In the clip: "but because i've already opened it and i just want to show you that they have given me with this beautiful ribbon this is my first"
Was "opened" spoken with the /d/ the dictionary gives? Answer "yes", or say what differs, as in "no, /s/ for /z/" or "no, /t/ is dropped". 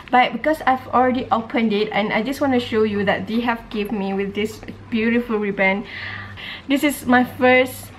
yes